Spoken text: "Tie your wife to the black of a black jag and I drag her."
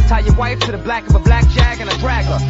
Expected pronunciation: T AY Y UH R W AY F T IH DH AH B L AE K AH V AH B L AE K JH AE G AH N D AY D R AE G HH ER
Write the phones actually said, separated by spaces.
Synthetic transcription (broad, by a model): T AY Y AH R W AY F T IH DH AH B L AE K AH V AH B L AE K JH AE G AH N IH D R AE G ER